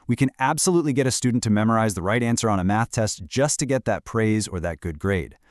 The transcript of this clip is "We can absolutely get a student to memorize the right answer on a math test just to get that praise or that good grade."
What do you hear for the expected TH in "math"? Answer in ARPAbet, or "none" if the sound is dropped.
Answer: TH